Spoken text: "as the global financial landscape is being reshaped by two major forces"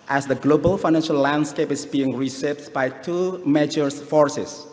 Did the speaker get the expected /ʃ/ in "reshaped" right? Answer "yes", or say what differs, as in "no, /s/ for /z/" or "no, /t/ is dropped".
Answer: no, /s/ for /ʃ/